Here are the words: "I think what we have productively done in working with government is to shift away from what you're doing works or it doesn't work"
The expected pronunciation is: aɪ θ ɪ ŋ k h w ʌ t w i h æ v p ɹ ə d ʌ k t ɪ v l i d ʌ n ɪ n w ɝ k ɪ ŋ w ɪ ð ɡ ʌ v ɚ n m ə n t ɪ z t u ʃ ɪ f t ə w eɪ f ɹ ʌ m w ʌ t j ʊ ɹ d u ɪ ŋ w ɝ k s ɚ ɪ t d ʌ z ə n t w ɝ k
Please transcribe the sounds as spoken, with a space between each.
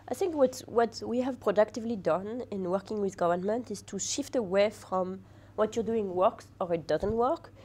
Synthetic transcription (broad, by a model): aɪ θ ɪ ŋ k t w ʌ t w i h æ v p ɹ ə d ʌ k t ɪ v l i d ʌ n ɪ n w ɝ k ɪ ŋ w ɪ ð ɡ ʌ v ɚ n m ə n t ɪ z t u ʃ ɪ f t ə w eɪ f ɹ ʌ m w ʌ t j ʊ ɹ d u ɪ ŋ w ɝ k s ɚ ɪ t d ʌ z ə n t w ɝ k